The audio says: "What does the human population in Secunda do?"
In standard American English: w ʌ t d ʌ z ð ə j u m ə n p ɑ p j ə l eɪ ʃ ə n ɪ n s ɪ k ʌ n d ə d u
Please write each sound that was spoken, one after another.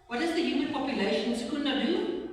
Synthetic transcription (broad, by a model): w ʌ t d ʌ z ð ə j u m ə n p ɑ p j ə l eɪ ə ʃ ɪ n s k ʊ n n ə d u